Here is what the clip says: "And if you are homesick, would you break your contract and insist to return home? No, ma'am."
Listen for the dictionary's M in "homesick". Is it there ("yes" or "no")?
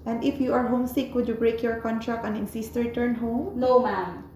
yes